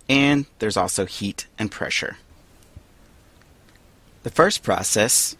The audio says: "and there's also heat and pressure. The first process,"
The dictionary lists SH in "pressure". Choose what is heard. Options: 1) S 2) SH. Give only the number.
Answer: 2